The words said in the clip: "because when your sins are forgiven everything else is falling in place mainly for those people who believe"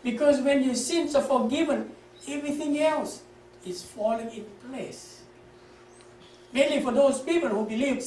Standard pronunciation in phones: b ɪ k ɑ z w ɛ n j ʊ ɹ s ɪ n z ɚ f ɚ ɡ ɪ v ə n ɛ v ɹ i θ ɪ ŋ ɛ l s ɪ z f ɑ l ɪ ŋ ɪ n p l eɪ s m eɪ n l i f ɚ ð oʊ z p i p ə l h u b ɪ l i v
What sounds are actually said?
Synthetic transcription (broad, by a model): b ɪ k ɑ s w ɛ n j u s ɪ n s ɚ f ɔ ɡ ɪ v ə n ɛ v ɹ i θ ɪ ŋ ɛ l s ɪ s f ɑ l ɪ ŋ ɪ n p l eɪ s m eɪ n l i f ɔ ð oʊ s p i p ə l h u b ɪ l i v